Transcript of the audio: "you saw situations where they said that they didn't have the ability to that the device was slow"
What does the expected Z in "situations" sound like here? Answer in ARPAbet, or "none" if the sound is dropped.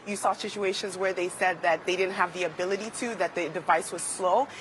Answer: Z